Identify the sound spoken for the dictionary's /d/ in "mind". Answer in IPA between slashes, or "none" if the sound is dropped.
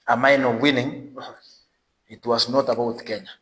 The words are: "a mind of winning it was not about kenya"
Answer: none